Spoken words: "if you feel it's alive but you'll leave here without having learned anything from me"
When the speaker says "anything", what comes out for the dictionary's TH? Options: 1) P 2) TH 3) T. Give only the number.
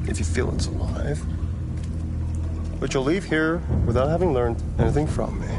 2